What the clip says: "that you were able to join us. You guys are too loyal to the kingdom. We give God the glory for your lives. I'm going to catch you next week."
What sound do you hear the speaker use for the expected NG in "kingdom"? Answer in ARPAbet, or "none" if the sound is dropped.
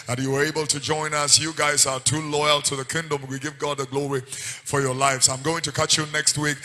NG